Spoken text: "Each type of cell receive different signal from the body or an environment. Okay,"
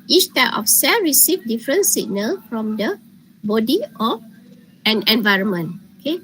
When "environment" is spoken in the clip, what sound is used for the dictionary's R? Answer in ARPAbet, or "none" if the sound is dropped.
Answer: R